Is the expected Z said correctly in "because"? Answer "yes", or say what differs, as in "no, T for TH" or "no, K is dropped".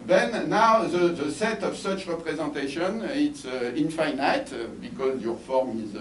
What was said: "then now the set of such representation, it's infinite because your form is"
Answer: yes